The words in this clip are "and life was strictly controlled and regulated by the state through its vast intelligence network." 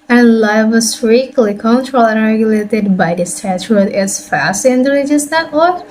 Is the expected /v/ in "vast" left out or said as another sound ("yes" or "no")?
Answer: yes